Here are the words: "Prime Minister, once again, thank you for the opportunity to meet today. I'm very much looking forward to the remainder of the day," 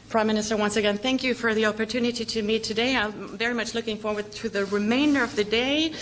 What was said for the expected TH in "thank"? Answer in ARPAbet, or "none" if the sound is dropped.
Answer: TH